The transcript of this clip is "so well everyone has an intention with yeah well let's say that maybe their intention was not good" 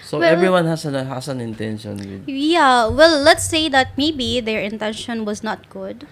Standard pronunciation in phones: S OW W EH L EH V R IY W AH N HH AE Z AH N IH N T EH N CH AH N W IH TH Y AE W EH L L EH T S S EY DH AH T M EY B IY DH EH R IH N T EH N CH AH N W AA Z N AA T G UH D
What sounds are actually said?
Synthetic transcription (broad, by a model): S OW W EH EH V R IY W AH N HH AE S AH N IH N T EH N SH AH N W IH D Y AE W EH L L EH T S S EY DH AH T M EY B IY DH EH R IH N T EH N SH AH N W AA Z N AA T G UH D